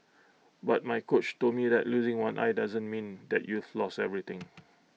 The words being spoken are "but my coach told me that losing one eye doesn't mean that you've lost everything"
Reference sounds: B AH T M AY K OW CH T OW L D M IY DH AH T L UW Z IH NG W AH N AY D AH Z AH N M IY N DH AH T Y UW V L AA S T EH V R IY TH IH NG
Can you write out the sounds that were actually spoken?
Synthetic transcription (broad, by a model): B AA T M AY K OW CH T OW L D M IY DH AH T L UW Z IH NG W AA N AY D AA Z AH N M IY N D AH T Y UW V L AA S EH V R IY T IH NG